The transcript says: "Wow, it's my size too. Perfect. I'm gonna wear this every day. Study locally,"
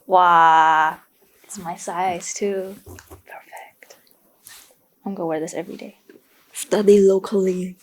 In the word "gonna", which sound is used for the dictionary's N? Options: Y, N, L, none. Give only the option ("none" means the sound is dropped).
none